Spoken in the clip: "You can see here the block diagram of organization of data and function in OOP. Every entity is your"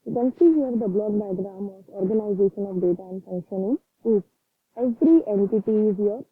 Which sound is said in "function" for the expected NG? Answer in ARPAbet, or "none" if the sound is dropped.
NG